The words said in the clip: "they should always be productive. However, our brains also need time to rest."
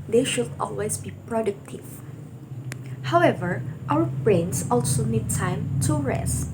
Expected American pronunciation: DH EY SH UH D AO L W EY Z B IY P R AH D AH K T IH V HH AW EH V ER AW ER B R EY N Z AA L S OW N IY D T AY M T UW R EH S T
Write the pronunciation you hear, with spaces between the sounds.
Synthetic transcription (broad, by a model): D EY SH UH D AO L W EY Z B IY P R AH D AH K T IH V HH AW EH V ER AW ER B R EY N S AA L S OW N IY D T AY M T UW R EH S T